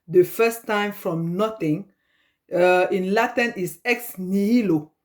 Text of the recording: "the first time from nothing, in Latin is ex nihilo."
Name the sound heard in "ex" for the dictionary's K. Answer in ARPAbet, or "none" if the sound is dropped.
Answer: K